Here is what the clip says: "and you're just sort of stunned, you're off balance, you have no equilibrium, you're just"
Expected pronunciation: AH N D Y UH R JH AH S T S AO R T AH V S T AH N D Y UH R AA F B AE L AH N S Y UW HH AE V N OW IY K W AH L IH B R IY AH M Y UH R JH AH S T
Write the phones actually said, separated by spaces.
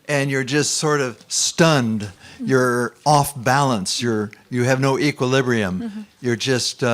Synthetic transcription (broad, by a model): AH N Y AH R JH AH S T S AO R T AH V S T AH N D Y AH R AA F B AE L AH N S Y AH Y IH V N OW IY K W AH L IH B R IY AH M Y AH R JH AH S T